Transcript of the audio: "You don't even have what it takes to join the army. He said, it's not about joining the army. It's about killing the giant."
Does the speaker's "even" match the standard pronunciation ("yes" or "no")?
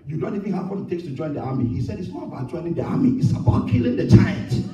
no